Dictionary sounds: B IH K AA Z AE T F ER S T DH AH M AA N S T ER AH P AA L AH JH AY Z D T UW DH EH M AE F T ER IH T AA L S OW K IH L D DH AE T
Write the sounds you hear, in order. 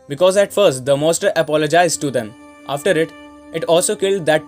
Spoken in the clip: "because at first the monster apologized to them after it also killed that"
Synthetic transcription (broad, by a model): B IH K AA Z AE T F ER S T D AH M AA S T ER AH P AA L AH JH AY Z D T UW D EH M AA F T ER IH T AA L S OW K IH L D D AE T